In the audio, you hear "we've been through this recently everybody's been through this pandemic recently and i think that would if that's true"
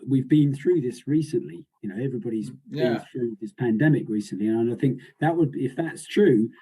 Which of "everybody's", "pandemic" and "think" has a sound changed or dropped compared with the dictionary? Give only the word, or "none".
none